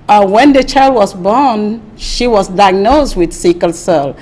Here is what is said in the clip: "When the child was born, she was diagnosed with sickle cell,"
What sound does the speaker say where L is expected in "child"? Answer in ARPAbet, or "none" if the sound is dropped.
L